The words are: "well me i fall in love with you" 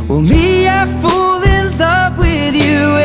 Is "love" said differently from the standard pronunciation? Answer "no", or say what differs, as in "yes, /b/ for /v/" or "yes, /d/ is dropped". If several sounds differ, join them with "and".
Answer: yes, /p/ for /v/